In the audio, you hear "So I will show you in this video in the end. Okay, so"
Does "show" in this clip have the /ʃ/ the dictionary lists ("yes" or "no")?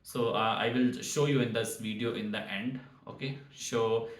yes